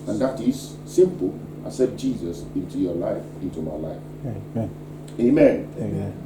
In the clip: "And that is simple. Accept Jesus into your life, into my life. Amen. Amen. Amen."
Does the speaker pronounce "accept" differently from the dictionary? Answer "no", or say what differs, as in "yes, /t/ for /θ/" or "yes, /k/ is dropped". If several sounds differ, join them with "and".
yes, /k/ is dropped and /p/ is dropped